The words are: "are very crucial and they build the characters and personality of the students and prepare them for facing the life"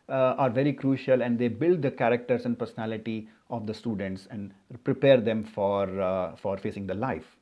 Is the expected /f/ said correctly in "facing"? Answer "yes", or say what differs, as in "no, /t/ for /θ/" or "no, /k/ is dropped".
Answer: yes